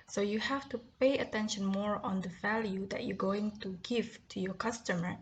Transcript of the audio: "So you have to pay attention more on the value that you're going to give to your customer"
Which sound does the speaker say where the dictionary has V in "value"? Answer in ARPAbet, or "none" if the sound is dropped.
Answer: V